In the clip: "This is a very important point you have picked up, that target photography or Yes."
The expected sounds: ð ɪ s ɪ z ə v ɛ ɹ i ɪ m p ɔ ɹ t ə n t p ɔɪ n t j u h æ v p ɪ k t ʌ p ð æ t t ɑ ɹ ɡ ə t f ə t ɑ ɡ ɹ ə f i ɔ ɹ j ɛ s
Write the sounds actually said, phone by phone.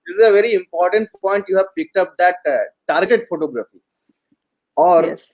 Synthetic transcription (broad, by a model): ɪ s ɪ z ə v ɛ ɹ i ɪ m p ɔ ɹ t ə n t p ɔɪ n t j u h æ v p ɪ k t ʌ p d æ t t ɑ ɹ ɡ ə t f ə t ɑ ɡ ɹ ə f i ɔ ɹ